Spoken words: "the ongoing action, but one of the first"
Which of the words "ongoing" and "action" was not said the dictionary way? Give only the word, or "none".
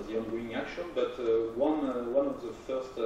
none